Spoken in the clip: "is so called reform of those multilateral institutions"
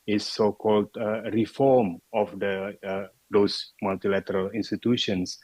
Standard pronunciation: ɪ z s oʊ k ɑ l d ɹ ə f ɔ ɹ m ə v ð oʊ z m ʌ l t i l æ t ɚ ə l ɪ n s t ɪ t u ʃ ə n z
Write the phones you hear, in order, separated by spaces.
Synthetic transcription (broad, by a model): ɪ s oʊ k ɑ l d ɹ ə f ɔ ɹ m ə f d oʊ s m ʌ l t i l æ t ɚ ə l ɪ n s t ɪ t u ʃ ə n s